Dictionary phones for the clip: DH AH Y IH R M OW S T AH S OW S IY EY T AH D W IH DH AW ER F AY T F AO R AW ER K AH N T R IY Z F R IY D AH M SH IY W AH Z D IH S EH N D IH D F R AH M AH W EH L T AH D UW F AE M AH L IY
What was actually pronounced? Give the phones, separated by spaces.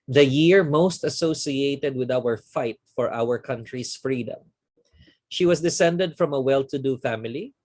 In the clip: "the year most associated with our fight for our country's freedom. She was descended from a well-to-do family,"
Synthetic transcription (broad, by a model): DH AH Y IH R M OW S T AH S OW S IY EY T AH D W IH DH AW ER F AY T F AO R AW ER K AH N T R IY S F R IY D AH M SH IY W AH S D IH S EH N D IH D F R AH M AH W EH L T AH D UW F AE M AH L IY